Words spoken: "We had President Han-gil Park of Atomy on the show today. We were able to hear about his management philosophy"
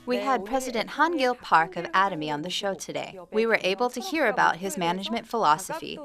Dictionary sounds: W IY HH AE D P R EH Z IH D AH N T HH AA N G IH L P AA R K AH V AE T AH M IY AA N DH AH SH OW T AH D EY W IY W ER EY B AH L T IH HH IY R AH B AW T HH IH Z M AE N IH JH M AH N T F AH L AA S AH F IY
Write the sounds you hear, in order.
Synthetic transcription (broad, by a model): W IY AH D P R EH Z IH D AH N T HH AA N G IH L P AA R K AH V AE T AH M IY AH N DH AH SH OW T AH D EY W IY W ER EY B L T IH HH IY R AH B AW T HH IH Z M AE N IH JH M AH N T F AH L AA S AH F IY